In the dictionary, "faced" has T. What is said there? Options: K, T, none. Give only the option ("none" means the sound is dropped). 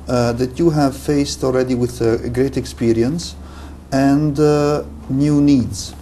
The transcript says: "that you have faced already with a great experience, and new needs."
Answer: T